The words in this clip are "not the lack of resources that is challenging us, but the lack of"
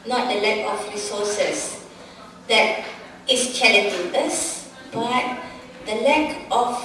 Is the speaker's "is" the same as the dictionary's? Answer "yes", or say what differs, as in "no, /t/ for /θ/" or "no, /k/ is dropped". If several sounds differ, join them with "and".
no, /s/ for /z/